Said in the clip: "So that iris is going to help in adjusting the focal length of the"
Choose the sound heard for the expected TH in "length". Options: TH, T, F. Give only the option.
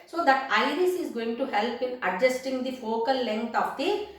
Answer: T